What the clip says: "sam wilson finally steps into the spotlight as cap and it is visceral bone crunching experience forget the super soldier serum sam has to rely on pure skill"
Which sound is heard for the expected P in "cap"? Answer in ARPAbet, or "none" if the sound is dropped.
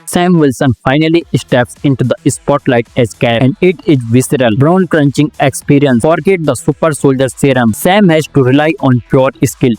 none